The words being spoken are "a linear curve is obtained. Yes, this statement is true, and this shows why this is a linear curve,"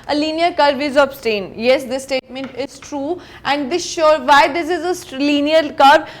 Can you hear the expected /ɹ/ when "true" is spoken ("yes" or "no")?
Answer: yes